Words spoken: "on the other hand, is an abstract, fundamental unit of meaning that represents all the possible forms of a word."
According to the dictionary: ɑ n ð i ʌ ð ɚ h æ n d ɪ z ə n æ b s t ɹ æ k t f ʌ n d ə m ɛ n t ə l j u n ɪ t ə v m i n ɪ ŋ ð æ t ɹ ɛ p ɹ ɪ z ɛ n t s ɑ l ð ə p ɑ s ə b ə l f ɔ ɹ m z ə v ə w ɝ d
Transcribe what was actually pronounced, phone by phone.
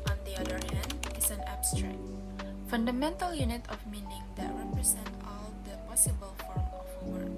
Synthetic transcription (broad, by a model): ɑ n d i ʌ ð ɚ h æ n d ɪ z ə n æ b s t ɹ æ k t f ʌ n d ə m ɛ n t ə l j u n ɪ t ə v m i n ɪ ŋ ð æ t ɹ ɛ p ɹ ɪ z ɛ n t ɑ l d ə p ɑ s ə b ə l f ɔ ɹ m ə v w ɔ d